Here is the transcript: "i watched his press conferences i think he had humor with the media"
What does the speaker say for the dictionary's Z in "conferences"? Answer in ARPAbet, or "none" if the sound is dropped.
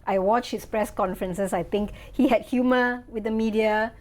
S